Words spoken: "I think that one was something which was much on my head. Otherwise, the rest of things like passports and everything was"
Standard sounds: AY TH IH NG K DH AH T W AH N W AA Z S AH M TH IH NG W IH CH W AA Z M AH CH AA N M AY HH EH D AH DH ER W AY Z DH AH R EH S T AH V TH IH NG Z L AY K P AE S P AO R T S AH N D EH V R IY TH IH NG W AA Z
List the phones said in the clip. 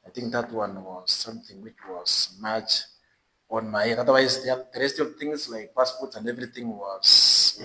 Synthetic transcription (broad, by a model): AY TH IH NG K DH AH T W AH N W AA Z S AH M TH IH NG W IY CH W AA Z M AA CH AA N M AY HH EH AA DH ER W AY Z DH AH R EH S T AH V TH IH NG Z L AY K P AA S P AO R T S AH N D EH V R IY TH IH NG W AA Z